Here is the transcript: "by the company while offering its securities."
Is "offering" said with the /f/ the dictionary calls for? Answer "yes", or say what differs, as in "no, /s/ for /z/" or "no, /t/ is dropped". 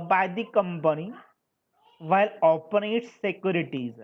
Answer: no, /p/ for /f/